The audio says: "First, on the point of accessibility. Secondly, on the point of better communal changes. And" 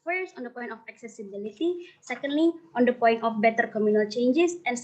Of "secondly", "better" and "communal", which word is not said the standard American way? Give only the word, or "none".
none